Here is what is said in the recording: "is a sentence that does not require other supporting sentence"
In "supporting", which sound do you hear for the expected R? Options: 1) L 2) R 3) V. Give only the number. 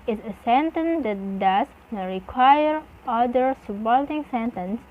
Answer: 1